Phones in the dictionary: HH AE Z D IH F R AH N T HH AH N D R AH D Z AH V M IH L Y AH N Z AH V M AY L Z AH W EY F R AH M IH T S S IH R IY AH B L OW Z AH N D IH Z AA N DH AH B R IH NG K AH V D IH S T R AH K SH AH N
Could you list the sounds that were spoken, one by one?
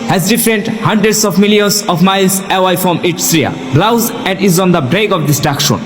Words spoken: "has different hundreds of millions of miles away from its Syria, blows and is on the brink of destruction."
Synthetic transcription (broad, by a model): HH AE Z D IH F R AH N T HH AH N D R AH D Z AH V M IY L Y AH N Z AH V M AY L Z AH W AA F R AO M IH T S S R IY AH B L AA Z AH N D IH Z AA N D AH B R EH K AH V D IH S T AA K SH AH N